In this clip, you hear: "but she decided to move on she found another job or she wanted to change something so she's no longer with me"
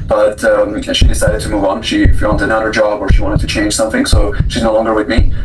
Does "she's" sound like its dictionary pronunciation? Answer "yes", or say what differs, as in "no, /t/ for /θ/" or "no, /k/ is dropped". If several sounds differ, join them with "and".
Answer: yes